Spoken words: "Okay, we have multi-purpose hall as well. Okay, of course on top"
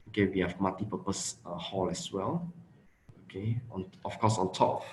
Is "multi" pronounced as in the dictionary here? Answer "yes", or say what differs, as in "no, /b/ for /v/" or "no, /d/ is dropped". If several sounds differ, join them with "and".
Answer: no, /l/ is dropped